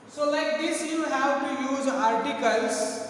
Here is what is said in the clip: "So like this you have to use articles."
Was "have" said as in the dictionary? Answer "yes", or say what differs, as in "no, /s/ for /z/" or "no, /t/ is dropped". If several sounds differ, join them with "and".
no, /w/ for /v/